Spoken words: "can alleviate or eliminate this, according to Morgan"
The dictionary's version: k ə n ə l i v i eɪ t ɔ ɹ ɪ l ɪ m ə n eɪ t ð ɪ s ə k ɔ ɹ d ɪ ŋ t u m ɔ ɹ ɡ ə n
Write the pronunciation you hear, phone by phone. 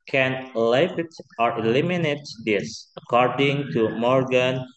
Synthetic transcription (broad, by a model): k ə n l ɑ i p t ɔ ɹ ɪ l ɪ m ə n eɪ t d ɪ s ə k ɔ ɹ d ɪ ŋ t u m ɔ ɹ ɡ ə n